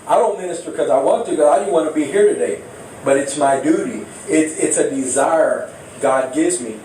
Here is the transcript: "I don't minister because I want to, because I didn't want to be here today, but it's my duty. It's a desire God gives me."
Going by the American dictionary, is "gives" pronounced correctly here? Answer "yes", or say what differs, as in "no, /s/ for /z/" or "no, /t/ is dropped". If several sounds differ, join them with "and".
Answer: yes